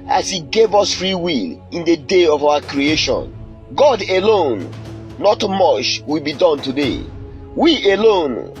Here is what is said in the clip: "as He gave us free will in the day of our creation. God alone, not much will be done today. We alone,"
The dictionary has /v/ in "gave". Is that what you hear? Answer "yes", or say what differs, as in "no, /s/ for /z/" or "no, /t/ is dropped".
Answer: yes